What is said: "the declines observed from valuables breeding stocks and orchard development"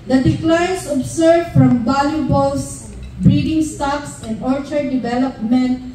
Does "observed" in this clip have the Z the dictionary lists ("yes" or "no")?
no